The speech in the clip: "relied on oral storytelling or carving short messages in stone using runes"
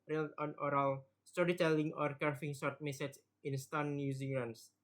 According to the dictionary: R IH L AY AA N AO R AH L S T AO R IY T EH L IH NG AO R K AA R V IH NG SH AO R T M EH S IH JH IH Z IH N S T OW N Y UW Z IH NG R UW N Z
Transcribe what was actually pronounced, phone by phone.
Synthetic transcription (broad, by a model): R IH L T AA N AO R AH L S T AO R IY T EH L IH NG AO R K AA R F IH NG S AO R T M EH S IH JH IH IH N S T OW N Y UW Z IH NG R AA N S